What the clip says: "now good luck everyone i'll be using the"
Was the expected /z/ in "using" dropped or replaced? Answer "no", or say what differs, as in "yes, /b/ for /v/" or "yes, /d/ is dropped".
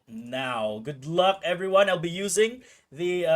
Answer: no